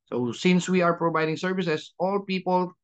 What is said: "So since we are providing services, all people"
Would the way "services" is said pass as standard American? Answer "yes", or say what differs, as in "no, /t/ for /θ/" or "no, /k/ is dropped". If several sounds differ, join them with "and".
no, /s/ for /z/